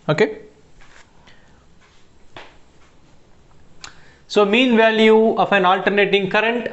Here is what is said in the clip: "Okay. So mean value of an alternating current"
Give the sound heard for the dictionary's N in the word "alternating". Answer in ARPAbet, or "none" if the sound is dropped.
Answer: N